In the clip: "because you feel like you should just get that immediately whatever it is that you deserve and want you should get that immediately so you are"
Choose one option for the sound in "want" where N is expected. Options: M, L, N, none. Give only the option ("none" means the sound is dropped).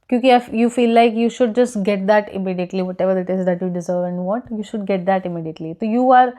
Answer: none